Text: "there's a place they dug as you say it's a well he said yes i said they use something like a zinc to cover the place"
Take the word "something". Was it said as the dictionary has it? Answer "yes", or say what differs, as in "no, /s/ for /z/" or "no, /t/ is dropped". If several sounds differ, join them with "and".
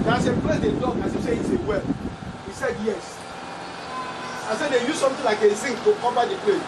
no, /t/ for /θ/